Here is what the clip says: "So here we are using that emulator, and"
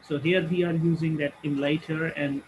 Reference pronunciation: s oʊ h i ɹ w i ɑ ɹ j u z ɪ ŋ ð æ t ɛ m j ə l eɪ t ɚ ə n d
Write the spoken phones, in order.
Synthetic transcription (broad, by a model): s oʊ h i ɹ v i ɑ ɹ j u z ɪ ŋ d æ t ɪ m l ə ɪ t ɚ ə n d